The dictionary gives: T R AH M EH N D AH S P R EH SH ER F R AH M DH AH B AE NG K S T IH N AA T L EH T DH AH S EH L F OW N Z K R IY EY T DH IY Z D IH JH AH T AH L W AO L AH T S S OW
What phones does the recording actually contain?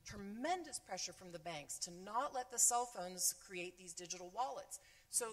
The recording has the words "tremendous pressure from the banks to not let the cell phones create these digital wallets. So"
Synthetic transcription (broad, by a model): T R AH M EH N D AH S P R EH SH ER F R AH M DH AH B AE NG K S T IH N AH T L EH T DH AH S EH L F OW N Z K R IY EY T DH IY Z D IH JH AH T L W AO L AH T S S OW